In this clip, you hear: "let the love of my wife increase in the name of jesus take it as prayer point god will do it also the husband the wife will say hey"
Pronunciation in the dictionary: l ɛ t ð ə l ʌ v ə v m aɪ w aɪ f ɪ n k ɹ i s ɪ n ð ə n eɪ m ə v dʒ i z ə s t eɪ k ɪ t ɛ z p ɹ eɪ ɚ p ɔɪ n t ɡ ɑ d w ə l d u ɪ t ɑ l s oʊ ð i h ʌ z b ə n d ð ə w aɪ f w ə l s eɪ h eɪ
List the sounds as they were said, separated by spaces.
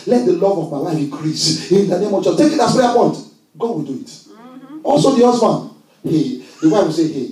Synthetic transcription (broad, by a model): l ɛ t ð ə l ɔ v ə v m aɪ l aɪ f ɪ k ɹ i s ɪ n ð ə n eɪ m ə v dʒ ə t eɪ k ɪ t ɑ s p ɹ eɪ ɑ p ɔɪ n t ɡ ɑ d w ə l d u ɪ t ɑ l s oʊ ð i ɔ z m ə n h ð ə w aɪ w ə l s eɪ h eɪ